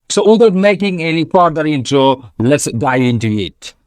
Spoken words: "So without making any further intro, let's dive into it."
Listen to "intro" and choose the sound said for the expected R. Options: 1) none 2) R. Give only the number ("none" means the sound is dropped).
1